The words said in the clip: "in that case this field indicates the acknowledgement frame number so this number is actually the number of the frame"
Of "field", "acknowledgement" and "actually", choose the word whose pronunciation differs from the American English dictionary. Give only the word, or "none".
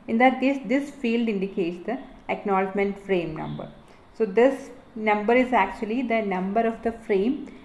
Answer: none